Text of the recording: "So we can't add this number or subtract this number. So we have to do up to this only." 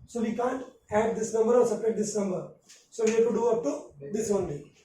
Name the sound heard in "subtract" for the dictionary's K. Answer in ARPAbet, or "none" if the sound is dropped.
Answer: none